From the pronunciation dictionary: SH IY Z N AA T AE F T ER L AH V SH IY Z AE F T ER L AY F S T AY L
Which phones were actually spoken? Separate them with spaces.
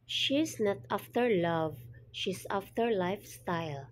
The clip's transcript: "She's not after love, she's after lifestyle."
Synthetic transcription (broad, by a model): SH IY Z N AA T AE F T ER L AH V SH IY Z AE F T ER L AY F S T AY L